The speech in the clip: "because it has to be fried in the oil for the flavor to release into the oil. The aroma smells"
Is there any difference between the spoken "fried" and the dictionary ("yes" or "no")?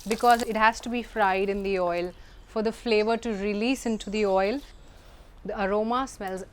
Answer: no